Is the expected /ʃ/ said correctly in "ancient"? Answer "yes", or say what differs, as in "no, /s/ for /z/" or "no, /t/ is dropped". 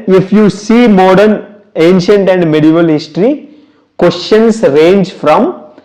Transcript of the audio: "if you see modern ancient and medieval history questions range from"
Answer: yes